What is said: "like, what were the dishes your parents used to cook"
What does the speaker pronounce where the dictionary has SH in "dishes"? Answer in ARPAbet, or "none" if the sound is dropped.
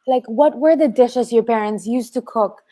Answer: SH